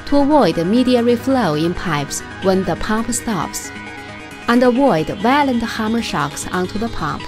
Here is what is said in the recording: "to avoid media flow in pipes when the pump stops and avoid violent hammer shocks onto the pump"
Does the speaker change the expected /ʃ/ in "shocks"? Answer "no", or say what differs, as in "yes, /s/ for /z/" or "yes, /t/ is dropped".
no